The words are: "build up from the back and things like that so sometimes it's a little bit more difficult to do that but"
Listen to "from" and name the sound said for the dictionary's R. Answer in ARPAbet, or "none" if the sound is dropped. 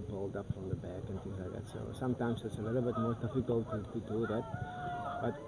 R